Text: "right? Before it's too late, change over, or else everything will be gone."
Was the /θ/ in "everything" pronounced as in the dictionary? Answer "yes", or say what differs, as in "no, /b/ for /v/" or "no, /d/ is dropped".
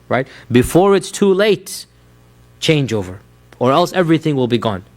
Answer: yes